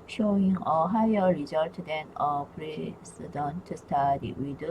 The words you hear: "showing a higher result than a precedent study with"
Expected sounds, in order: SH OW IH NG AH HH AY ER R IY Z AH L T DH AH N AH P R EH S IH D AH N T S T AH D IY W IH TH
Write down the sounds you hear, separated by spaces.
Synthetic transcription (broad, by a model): SH OW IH NG AH HH AY ER R IY Z AH L T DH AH N AH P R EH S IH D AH N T S T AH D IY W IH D